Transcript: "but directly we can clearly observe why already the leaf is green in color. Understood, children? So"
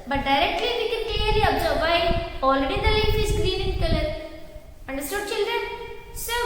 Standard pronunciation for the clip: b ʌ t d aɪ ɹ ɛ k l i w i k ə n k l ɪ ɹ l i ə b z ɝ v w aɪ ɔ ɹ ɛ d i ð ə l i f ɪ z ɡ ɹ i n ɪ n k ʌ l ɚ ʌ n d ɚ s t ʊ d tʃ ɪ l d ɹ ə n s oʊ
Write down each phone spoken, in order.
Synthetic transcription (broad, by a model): b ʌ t d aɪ ɹ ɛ k l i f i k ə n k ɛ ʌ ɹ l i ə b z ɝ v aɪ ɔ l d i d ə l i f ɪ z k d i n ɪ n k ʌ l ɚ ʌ n d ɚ s t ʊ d tʃ ɪ l d ɹ ə n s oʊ